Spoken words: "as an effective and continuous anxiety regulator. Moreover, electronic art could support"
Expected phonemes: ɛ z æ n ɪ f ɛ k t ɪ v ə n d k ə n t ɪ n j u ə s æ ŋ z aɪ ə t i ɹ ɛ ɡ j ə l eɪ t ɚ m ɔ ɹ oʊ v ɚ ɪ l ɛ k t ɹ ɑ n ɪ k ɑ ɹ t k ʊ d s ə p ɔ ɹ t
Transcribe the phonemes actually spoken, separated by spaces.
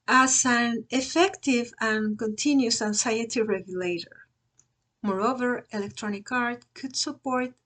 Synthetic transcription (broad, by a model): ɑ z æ n ɪ f ɛ k t ɪ v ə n k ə n t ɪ n j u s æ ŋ s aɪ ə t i ɹ ɛ ɡ j ə l eɪ t ɚ m ɔ ɹ oʊ v ɚ ɪ l ɛ k t ɹ ɑ n ɪ k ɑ ɹ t k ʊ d s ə p ɔ ɹ t